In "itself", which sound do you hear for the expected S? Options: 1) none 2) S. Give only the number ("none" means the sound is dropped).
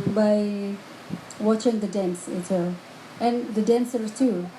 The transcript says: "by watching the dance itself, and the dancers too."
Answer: 1